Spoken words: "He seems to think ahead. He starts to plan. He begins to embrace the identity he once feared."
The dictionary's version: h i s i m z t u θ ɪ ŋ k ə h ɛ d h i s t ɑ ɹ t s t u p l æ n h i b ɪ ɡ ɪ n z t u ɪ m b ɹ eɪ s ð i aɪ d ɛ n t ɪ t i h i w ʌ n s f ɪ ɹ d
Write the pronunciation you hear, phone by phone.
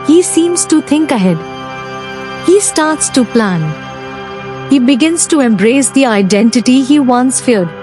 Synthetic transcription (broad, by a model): h i s i m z t u t ɪ ŋ k ə h ɛ d h i s t ɑ ɹ t s t u p l æ n h i b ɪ ɡ ɪ n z t u ɪ m b ɹ eɪ s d i aɪ d ɛ n t ɪ t i h i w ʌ n s f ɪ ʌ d